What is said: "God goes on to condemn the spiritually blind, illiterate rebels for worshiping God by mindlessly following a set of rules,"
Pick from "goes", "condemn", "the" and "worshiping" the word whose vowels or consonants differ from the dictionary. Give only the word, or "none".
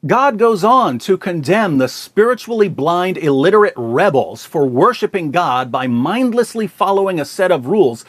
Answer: none